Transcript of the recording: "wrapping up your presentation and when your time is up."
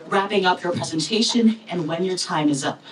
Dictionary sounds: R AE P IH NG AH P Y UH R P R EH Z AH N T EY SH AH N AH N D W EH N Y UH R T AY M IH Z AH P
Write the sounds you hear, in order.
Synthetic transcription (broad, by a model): R AE P IH NG AH P Y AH R P R EH Z AH N T EY SH AH N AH N W EH N Y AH R T AY M IH Z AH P